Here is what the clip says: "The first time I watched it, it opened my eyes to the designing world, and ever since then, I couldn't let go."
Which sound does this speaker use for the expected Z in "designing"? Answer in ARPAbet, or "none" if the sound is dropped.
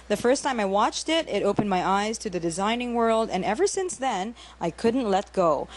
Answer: Z